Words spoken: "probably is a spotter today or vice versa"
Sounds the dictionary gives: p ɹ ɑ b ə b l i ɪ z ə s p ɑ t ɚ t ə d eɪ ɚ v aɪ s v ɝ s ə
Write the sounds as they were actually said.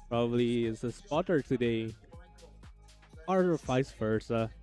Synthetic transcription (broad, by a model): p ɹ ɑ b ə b l i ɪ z ə s p ɑ t ɚ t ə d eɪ ɚ f aɪ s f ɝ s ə